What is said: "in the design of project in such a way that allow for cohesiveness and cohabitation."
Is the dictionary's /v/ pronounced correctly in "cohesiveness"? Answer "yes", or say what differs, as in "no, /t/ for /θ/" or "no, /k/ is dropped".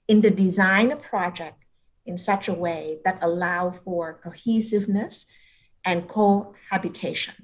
yes